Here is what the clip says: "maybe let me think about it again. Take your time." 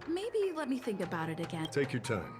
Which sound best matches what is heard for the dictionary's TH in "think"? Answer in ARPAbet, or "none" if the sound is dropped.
TH